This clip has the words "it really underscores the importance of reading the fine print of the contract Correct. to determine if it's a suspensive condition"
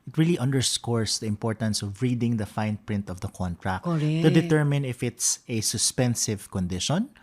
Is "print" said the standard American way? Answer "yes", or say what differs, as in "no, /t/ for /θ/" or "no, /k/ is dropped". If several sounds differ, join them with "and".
yes